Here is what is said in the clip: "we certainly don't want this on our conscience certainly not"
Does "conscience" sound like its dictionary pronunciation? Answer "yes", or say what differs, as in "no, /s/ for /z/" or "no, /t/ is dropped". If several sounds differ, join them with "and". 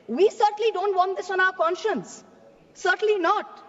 yes